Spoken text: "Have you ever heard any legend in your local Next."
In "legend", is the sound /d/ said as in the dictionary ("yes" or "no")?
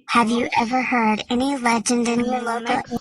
yes